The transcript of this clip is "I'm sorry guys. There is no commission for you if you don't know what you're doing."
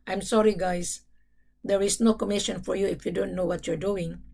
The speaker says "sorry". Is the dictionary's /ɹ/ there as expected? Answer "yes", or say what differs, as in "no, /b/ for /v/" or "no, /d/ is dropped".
yes